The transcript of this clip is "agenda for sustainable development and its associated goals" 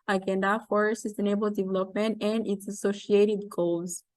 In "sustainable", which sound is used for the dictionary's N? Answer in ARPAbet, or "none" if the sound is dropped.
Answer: none